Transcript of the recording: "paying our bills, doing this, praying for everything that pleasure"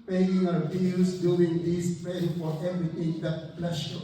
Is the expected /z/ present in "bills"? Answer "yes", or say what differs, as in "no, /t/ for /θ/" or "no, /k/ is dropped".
no, /z/ is dropped